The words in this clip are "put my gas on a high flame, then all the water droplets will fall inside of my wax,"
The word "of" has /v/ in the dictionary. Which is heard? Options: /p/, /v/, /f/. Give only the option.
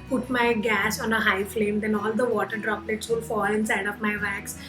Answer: /p/